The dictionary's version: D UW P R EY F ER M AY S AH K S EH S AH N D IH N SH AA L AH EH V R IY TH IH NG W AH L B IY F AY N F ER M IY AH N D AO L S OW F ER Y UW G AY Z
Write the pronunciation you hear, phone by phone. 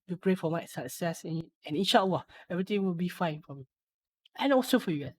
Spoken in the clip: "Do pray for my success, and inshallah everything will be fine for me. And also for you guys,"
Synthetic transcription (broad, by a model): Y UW P R EY F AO M AY S AH K S EH S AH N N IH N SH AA W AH EH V R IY T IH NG W AH L B IY F AY N F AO M IY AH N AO S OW F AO Y UW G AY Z